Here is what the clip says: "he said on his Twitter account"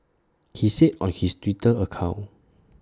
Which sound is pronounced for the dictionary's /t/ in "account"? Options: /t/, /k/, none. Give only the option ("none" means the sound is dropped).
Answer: none